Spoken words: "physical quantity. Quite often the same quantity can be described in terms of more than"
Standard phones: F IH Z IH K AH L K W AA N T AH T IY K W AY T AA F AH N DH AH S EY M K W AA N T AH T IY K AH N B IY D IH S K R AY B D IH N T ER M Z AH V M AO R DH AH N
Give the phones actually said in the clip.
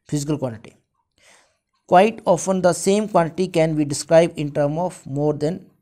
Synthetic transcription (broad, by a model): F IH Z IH K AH L K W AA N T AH T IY K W AY T AA F AH N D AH S EY M K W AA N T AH T IY K AH N B IY D IH S K R AY B D IH N T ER M AH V M AO R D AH N